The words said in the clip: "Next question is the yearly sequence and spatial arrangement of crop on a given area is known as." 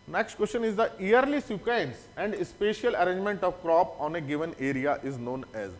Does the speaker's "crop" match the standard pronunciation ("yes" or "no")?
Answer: yes